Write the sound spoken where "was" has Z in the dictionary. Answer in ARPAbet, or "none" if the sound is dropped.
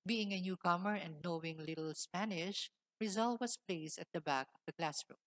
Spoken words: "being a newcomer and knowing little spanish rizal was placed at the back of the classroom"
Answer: S